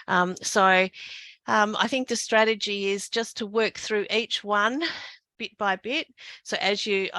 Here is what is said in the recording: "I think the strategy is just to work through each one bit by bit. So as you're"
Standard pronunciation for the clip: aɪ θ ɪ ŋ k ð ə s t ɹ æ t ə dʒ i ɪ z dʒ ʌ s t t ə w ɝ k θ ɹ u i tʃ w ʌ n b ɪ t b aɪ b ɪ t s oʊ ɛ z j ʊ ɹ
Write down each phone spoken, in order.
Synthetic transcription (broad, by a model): aɪ θ ɪ ŋ k ð ə s t ɹ æ t ə dʒ i ɪ z dʒ ʌ s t t ə w ɝ k θ ɹ u i tʃ w ʌ n b ɪ t b aɪ b ɪ t s oʊ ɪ z j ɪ